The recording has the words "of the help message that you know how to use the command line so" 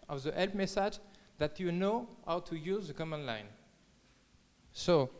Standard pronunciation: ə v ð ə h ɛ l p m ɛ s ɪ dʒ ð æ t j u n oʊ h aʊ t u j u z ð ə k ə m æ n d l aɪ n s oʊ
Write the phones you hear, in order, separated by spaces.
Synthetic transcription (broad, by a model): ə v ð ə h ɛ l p m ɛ s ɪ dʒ ð æ t j u n oʊ h aʊ t u j u z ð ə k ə m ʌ n l aɪ n s oʊ